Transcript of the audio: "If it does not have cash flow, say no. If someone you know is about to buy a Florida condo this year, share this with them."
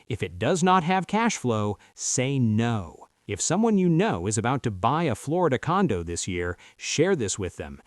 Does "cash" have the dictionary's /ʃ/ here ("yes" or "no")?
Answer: yes